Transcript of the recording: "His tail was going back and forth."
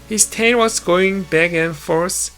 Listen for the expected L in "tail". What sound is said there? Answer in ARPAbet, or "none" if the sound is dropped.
N